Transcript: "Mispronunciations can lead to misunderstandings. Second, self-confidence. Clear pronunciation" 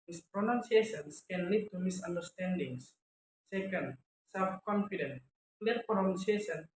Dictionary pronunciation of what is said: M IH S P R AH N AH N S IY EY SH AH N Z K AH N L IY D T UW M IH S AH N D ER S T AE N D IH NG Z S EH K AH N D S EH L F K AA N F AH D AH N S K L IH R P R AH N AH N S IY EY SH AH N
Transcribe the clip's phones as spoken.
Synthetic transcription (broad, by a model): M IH S P R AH N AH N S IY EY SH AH N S K AH N L IY D T UW M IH S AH N D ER S T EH N D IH NG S S EH K AH N D S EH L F K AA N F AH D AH N K L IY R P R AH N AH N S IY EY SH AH N